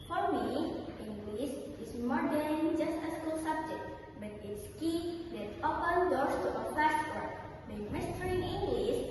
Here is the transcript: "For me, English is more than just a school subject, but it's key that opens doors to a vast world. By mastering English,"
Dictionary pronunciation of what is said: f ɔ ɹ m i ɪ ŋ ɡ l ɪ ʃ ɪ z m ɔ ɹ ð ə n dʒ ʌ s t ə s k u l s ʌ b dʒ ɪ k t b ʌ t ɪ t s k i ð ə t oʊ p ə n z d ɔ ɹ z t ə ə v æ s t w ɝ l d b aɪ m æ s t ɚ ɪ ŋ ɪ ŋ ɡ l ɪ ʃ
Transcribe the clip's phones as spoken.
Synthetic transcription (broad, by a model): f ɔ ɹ m i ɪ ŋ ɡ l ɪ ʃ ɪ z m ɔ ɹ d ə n dʒ ʌ s t ə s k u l s ʌ b dʒ ɪ k t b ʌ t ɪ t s k i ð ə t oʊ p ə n d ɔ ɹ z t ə ə f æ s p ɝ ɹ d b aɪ m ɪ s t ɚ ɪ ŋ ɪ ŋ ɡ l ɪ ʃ